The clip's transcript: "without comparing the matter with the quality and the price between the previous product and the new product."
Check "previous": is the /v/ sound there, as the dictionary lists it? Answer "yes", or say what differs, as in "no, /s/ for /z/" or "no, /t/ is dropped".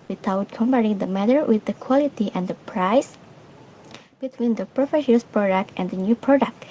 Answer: no, /f/ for /v/